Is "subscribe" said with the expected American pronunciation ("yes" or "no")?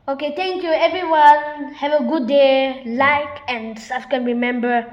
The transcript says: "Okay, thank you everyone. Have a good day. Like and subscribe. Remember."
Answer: no